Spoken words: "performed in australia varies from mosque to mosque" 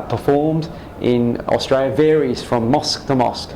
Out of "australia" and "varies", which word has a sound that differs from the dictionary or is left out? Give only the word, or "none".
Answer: none